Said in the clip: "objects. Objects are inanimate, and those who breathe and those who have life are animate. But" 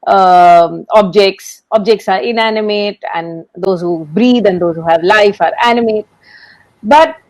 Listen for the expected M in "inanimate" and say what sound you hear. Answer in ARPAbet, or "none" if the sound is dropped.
M